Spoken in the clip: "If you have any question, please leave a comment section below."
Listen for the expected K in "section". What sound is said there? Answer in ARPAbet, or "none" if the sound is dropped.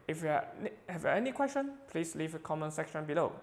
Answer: K